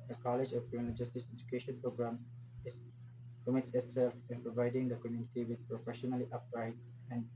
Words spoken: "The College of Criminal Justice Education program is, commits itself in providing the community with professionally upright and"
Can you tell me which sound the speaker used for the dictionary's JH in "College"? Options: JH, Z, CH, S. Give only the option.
JH